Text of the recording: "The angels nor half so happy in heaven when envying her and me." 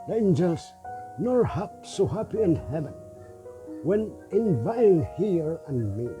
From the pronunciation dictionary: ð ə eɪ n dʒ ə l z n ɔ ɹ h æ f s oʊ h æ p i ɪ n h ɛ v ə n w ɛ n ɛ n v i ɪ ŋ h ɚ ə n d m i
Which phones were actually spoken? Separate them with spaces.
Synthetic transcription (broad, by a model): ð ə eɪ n dʒ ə l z n ɔ ɹ h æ p s oʊ h æ p i ɪ n h ɛ v ə n w ɛ n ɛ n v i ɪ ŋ h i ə n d m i